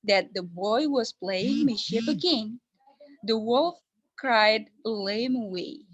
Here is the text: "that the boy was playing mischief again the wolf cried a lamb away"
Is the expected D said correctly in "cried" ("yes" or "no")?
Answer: yes